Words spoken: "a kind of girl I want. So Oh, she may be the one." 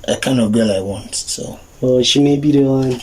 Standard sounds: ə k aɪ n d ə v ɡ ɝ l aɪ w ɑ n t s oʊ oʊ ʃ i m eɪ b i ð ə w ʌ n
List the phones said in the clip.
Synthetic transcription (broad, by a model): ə k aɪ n ə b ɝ l aɪ w ɑ n t s oʊ oʊ ʃ i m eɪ b i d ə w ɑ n